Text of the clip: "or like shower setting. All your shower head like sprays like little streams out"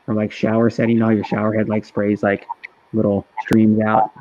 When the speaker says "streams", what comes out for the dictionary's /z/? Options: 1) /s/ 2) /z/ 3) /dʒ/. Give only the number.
2